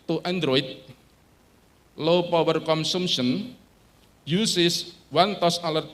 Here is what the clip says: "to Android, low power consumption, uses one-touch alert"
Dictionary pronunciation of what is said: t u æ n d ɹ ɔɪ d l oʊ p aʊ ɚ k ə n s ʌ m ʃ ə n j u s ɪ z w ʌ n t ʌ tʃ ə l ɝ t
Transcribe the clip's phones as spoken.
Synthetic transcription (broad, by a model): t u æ n d ɹ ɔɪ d l oʊ p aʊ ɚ k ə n s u m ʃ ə n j u s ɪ s w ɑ n t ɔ s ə l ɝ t